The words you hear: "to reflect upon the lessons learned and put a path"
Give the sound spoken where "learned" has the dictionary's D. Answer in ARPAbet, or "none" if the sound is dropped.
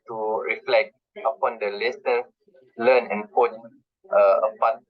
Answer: none